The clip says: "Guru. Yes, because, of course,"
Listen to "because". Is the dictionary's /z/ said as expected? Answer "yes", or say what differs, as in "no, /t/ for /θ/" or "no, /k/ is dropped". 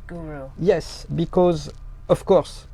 yes